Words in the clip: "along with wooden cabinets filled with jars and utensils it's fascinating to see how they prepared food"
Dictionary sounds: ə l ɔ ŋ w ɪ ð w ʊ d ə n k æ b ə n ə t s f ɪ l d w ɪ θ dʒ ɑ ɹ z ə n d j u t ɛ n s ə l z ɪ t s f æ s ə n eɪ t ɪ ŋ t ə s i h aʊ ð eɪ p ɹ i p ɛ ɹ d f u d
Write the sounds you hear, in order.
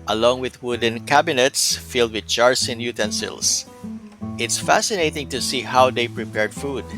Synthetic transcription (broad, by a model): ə l ɔ ŋ w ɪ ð w ʊ d ə n k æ b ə n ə t s f ɪ l d w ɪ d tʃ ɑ ɹ s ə n j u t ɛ n s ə l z ɪ t s f æ s ə n eɪ t ɪ ŋ t ə s i h aʊ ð eɪ p ɹ i p ɛ ɹ d f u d